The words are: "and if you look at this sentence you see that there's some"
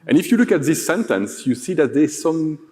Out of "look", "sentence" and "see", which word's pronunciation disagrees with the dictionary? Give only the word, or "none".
none